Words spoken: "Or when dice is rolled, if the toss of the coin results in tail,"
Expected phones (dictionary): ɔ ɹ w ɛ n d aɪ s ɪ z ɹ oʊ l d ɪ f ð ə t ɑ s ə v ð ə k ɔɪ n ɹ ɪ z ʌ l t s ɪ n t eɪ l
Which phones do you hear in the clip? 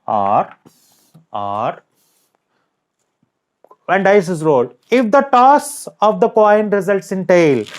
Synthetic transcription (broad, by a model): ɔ ɹ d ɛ n d aɪ s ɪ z ɹ oʊ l ɪ f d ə t ɑ s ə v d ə k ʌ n ɹ ɪ z ʌ l t s ɪ n t eɪ l